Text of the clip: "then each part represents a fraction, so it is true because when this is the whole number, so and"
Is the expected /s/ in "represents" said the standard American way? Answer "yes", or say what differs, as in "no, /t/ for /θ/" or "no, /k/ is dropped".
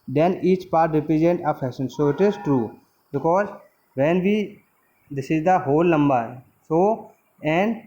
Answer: no, /s/ is dropped